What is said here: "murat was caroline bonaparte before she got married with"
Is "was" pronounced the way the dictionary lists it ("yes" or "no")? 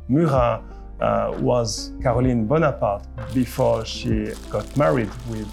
yes